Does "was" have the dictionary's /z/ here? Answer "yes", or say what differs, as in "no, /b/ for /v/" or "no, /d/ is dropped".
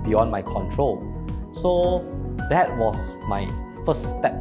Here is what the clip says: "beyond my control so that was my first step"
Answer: no, /s/ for /z/